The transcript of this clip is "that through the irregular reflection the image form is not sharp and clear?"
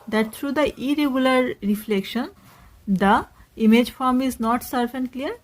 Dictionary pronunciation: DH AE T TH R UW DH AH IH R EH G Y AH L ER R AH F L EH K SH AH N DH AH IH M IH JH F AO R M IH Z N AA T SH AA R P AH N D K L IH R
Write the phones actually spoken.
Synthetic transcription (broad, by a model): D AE T T R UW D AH IH R EH G Y AH L ER R AH F L EH K SH AH N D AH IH M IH JH F AO R M IH Z N AA T S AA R F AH N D K L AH R